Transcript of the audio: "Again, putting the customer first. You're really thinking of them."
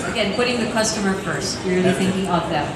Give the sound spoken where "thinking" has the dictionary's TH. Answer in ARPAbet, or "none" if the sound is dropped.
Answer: TH